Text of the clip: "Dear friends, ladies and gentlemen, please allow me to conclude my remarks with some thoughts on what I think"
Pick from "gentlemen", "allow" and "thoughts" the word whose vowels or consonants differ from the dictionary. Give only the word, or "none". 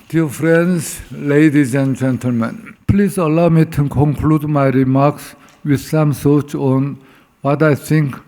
thoughts